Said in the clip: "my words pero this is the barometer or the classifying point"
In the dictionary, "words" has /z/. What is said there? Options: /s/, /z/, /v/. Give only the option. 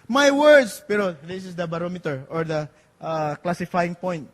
/s/